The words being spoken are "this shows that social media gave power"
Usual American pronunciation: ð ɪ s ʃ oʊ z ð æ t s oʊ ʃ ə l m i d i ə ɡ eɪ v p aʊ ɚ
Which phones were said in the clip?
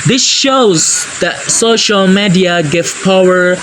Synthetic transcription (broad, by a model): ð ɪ s ʃ oʊ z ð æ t s oʊ ʃ ə l m i d i ə ɡ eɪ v p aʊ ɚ